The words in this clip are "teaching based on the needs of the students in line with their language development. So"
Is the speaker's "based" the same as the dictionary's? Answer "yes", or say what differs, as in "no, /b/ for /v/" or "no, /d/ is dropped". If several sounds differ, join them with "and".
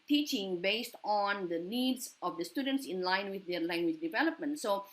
yes